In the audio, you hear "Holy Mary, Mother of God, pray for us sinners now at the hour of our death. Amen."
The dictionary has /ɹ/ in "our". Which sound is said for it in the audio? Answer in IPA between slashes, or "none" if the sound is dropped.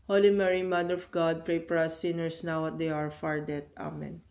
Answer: /ɹ/